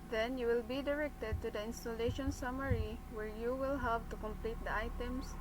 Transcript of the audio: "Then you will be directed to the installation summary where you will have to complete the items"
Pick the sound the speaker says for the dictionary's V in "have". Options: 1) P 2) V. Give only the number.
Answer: 1